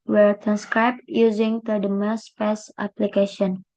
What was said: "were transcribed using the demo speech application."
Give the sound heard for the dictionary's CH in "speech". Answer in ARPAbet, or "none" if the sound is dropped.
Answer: S